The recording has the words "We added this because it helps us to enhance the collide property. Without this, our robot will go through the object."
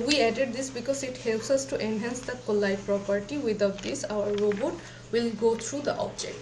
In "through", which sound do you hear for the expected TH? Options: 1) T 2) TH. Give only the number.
1